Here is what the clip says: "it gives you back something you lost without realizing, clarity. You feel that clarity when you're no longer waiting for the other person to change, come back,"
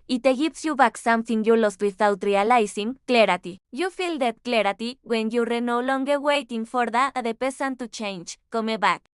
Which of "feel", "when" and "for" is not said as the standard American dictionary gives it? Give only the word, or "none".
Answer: none